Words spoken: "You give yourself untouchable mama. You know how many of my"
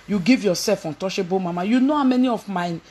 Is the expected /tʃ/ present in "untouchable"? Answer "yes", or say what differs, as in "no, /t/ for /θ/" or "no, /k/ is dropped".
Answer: no, /ʃ/ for /tʃ/